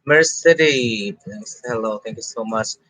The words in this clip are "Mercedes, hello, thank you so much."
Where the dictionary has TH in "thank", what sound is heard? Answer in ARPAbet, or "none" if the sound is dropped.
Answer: T